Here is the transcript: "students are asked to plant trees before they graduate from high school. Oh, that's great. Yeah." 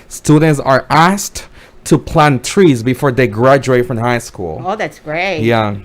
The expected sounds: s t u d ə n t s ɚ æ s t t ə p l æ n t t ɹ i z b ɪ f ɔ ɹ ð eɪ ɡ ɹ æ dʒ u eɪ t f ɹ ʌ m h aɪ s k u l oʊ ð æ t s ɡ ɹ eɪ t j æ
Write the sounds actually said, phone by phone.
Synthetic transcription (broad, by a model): s t u d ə n t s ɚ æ s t t ə p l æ n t t ɹ i z b ɪ f ɔ ɹ ð eɪ ɡ ɹ æ dʒ u eɪ t f ɹ ʌ m h aɪ s k u l oʊ ð æ t s ɡ ɹ eɪ t j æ